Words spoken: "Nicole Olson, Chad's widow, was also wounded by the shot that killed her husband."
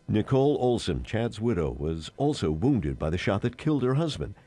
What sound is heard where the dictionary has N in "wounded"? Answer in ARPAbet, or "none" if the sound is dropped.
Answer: N